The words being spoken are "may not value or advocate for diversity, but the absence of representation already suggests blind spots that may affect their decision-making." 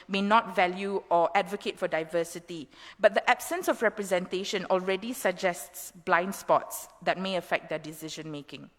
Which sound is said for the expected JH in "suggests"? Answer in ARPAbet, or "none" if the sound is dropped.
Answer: JH